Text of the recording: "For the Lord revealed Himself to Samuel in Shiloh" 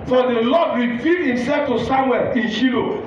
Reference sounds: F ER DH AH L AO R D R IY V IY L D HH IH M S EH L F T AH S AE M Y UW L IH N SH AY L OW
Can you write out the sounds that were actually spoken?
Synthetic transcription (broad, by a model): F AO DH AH L AO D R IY F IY D HH IH M S EH L F T AH S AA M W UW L IH N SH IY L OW